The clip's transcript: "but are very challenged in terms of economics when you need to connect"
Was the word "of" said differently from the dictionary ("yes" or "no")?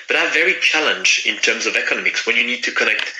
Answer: no